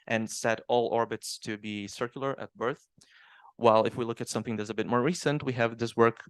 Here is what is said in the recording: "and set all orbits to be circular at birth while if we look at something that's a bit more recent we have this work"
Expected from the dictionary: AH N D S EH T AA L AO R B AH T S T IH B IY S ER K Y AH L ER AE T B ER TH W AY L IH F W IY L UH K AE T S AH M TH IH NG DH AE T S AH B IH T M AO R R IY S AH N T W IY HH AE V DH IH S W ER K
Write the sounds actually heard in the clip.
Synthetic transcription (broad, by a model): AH N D S EH T AA L AO R B AH T S T IH B IY S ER K Y L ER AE T B ER TH W AY L IH F W IY L UH K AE T S AH M TH IH NG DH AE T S AH B IH T M AO R R IY S AH N T W IY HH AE V DH IH S W ER K